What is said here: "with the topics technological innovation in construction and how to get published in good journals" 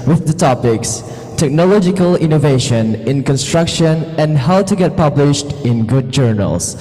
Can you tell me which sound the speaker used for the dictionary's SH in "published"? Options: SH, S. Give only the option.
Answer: SH